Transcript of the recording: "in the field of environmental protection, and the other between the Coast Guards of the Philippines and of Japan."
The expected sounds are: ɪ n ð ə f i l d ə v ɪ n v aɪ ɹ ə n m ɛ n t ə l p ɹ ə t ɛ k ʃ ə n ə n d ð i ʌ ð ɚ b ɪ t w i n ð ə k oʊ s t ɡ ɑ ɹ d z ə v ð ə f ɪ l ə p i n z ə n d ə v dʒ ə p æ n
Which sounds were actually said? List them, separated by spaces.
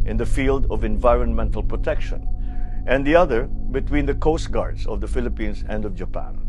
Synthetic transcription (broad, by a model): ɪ n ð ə f i l d ə v ɪ n v aɪ ɹ ə n m ɛ n t ə l p ɹ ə t ɛ k ʃ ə n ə n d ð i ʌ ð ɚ b ɪ t w i n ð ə k oʊ s t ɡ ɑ ɹ d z ə v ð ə f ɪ l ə p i n s ə n d ə v dʒ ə p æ n